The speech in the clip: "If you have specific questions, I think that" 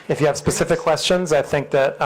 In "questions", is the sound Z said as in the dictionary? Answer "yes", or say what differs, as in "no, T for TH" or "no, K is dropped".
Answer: yes